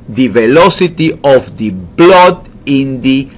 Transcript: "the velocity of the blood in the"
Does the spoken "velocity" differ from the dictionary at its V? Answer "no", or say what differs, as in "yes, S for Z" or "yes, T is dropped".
no